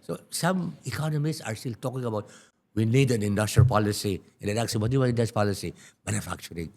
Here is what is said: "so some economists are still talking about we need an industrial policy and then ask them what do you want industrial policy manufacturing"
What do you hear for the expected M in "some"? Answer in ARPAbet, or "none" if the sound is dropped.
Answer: M